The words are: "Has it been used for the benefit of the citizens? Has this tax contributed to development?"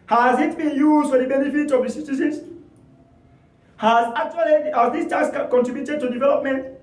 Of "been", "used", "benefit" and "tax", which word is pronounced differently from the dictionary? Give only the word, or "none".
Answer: tax